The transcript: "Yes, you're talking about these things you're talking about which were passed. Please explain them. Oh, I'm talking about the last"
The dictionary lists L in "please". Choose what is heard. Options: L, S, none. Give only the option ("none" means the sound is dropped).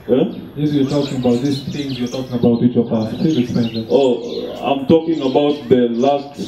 none